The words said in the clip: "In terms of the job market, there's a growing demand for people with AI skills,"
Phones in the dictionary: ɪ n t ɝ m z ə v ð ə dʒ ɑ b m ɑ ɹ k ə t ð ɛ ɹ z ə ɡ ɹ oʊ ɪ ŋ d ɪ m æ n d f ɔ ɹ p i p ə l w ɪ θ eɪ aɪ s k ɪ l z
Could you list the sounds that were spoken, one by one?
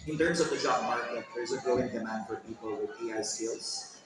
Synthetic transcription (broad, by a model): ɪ n t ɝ m s ə v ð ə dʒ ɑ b m ɑ ɹ k ə t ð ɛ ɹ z ə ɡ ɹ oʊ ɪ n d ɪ m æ n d f ɔ ɹ p i p ə l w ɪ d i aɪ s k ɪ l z